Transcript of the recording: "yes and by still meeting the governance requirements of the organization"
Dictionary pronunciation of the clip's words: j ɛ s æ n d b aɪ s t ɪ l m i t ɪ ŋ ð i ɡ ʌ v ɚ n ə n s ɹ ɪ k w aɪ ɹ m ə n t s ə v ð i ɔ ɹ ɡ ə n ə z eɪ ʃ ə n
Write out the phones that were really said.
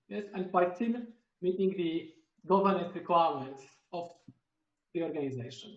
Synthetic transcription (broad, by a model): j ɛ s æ n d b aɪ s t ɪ n m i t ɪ ŋ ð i ɡ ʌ v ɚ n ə n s ɹ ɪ k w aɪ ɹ m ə n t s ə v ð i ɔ ɹ ɡ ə n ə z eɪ ʃ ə n